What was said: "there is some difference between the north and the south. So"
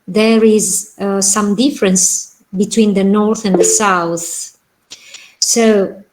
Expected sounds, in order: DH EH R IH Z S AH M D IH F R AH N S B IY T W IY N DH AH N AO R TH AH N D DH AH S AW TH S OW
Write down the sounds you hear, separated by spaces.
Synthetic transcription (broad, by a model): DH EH R IH Z S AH M D IH F R AH N S B IY T W IY N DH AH N AO R TH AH N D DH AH S AW TH S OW